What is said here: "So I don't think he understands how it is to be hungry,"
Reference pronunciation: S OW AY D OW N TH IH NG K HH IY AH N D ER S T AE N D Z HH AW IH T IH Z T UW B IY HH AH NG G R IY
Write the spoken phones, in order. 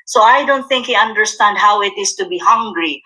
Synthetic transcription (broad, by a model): S OW AY D OW N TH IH NG K HH IY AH N D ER S T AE N D HH AW IH T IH S T UW B IY HH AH NG G R IY